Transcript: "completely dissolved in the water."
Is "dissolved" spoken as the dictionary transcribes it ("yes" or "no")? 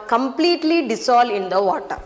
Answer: no